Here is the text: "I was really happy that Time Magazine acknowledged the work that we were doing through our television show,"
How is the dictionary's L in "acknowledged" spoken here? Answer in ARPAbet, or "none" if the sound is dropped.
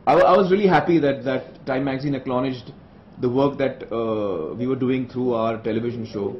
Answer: N